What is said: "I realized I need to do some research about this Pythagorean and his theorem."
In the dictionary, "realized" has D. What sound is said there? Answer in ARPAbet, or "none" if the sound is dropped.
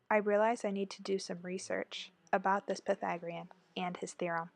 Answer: none